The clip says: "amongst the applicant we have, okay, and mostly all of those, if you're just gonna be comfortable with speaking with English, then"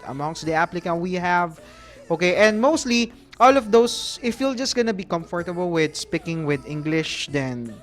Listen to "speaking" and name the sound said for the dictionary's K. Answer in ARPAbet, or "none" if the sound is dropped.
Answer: K